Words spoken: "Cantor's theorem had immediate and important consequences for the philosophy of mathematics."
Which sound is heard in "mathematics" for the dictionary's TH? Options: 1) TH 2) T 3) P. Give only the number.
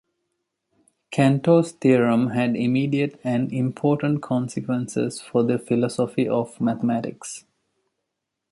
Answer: 2